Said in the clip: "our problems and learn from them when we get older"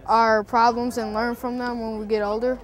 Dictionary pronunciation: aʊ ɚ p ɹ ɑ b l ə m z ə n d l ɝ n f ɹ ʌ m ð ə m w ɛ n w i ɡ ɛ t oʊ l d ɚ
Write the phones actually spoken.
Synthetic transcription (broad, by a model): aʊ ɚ p ɹ ɑ b l ə m z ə n l ɝ n f ɹ ʌ m ð ə m w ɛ n w i ɡ ɛ t oʊ l d ɚ